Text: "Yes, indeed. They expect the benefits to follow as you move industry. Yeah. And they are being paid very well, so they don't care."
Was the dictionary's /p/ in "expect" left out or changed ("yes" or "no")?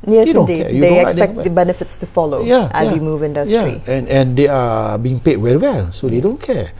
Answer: yes